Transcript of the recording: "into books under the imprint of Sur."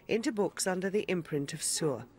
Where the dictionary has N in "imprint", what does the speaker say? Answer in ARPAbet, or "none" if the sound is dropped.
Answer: N